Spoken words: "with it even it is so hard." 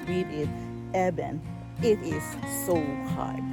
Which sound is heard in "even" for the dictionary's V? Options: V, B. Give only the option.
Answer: B